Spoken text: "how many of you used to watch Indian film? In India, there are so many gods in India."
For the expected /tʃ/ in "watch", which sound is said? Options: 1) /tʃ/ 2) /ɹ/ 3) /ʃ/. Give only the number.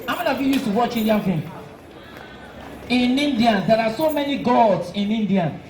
1